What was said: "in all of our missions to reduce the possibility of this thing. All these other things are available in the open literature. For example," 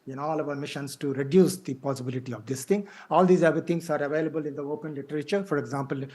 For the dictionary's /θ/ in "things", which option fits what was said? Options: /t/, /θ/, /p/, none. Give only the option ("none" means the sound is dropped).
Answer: /t/